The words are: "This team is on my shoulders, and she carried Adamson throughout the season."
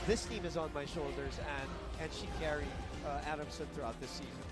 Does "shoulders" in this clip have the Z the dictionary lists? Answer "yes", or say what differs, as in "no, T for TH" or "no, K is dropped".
yes